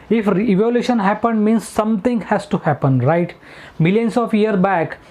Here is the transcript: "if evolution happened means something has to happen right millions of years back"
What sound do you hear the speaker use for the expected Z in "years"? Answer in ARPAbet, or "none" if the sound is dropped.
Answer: none